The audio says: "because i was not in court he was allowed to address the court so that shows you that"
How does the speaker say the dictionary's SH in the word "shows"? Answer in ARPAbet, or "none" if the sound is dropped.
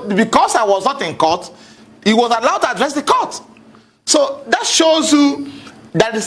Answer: SH